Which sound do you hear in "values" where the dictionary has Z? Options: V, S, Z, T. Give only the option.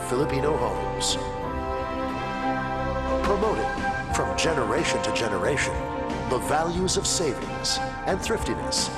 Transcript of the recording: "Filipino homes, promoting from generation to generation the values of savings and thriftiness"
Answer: Z